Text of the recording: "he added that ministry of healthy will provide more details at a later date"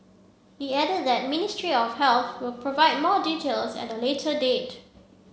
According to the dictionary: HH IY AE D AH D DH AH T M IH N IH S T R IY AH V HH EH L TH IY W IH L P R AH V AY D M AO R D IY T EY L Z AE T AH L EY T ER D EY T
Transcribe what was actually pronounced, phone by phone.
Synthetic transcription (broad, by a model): HH IY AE D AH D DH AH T M IH N IH S T R IY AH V HH EH L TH W IH L P R AH V AY D M AO D IY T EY L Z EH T AH L EY T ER D EY T